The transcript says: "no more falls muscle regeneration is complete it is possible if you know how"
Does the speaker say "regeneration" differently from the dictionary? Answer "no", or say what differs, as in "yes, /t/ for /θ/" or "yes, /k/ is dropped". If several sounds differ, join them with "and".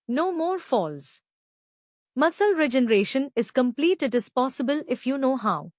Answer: no